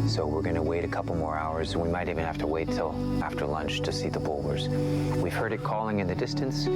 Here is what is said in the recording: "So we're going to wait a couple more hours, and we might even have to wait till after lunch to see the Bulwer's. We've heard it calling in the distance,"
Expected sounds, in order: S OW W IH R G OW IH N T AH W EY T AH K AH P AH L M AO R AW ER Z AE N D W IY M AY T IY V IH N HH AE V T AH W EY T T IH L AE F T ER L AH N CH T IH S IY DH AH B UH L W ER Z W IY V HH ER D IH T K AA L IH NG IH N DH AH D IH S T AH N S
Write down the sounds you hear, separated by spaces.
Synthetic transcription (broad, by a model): S OW W IH R G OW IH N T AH W EY T AH K AH P L M AO R AW ER Z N W IY M AY T IY V IH N HH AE F T AH W EY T T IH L AE F T ER L AH N CH T IH S IY DH AH B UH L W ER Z W IY V HH ER D IH T K AA L IH NG IH N DH AH D IH S T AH N S